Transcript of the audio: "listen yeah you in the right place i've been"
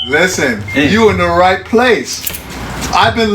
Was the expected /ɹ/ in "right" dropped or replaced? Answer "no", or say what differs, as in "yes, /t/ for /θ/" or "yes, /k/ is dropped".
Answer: no